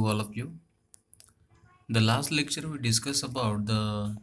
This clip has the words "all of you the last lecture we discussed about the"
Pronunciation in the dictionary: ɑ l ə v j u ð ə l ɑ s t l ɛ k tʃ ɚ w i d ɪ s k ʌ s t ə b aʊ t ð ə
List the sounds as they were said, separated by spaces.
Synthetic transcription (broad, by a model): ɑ l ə p j u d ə l ɑ s t l ɛ k tʃ ɚ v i d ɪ s k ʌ s ə b aʊ t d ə